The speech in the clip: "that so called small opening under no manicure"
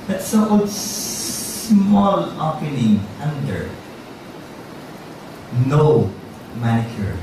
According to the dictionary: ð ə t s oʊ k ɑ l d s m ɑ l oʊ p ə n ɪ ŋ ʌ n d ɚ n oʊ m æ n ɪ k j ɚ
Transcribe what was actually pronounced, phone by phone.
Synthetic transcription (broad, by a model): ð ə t s oʊ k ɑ d s m ɑ l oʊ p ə n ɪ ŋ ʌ n d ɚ n oʊ m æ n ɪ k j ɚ